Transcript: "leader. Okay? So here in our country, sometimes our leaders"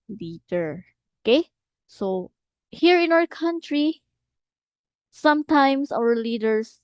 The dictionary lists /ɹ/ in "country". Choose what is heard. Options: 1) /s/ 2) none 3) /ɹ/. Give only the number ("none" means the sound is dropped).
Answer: 3